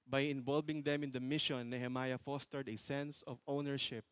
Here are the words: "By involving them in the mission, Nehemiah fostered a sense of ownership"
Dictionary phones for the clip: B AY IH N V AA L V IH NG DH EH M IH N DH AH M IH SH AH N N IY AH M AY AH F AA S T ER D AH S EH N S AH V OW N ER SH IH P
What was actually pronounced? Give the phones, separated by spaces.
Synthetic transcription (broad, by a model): B AY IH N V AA L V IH NG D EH M IH N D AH M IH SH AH N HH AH M AY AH F AA S T ER D AH S EH N S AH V OW N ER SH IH P